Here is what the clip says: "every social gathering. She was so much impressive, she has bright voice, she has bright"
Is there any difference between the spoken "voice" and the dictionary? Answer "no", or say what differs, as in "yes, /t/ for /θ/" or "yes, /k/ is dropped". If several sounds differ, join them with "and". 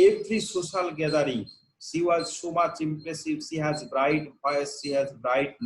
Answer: yes, /p/ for /v/